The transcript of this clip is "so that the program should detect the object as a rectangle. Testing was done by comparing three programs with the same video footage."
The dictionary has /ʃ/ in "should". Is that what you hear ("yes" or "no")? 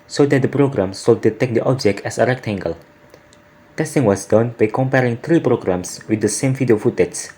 no